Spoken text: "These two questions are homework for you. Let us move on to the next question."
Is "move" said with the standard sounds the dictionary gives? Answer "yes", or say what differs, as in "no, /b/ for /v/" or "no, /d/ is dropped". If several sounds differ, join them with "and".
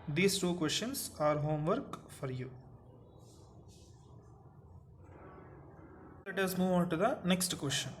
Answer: yes